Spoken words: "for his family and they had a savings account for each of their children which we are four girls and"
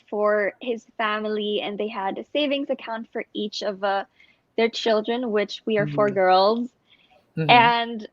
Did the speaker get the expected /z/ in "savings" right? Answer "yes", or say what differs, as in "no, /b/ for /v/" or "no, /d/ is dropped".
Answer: yes